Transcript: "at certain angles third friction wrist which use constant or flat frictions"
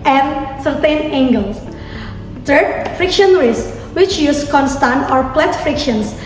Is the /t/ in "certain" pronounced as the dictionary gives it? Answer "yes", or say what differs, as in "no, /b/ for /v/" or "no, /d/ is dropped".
yes